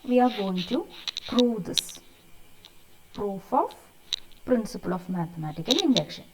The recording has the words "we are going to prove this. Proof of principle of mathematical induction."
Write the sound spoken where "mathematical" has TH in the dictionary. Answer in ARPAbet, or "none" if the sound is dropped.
T